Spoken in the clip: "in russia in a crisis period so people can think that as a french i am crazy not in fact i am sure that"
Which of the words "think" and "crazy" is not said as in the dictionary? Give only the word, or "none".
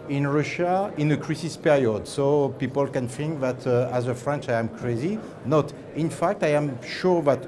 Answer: think